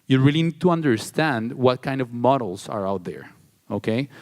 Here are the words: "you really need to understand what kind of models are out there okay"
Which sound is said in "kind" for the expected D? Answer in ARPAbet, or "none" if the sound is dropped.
D